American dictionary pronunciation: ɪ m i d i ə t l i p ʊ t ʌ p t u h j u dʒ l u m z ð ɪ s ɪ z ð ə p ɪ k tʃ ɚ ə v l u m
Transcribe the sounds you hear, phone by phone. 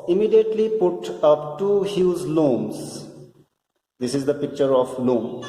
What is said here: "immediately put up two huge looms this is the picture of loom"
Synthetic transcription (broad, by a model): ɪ m i d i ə t l i p ʊ t ʌ p t u h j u z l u m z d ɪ s ɪ z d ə p ɪ k tʃ ɚ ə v l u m